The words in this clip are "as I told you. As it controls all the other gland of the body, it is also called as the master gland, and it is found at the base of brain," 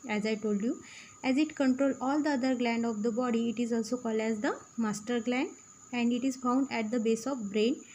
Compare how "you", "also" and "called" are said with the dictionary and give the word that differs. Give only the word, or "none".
none